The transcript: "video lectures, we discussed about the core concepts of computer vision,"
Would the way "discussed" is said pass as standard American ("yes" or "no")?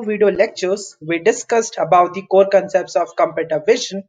yes